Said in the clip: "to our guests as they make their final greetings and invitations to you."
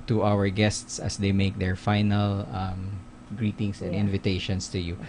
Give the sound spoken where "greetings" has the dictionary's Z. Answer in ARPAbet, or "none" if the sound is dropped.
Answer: S